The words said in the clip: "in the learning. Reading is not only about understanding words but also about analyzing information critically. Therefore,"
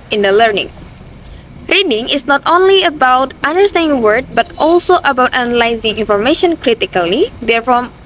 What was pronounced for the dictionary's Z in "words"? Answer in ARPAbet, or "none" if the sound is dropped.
none